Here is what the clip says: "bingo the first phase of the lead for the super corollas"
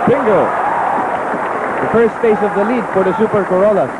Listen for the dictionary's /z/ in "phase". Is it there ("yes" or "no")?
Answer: no